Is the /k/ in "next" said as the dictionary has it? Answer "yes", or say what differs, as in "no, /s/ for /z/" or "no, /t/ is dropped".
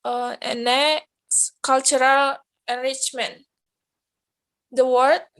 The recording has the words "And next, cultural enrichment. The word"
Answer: no, /k/ is dropped